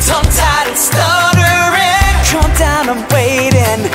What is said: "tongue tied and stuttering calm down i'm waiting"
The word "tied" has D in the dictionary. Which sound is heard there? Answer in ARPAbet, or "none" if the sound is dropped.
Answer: none